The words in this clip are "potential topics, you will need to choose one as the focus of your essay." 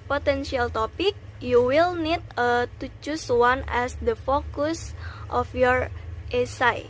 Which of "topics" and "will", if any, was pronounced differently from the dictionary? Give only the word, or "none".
topics